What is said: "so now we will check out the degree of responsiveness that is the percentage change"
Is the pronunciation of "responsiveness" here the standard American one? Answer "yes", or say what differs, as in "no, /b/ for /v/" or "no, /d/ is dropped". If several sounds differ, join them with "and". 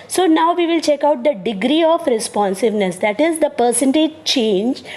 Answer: yes